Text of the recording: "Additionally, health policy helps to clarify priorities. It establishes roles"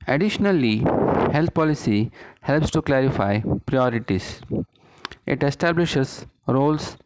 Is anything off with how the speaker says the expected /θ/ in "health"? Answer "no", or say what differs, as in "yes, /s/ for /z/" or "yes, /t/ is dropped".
yes, /t/ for /θ/